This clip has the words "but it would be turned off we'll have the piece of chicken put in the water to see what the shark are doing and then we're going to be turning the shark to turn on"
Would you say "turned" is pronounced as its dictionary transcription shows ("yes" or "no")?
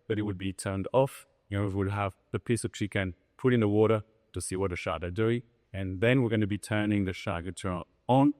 yes